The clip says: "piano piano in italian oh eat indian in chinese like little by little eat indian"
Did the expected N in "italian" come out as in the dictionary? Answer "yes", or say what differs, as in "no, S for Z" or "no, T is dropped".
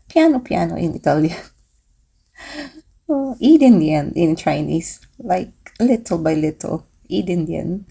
no, N is dropped